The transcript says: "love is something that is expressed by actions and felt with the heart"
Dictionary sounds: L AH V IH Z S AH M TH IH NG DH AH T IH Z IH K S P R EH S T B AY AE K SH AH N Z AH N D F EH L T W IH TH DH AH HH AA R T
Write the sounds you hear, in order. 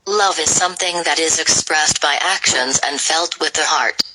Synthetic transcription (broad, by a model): L AH V IH Z S AH M TH IH NG DH AH T IH Z IH K S P R EH S T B AY AE K SH AH N Z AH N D F EH L T W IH DH AH HH AA R T